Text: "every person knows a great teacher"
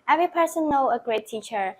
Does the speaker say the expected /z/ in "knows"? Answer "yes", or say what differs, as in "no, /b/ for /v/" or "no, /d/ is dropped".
no, /z/ is dropped